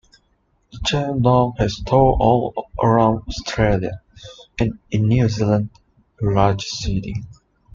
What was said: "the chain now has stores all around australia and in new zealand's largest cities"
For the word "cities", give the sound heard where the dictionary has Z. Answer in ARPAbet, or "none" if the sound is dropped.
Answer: none